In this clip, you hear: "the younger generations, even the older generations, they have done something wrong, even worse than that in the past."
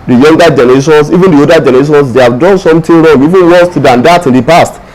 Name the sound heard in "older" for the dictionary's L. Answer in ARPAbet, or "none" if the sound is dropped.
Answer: none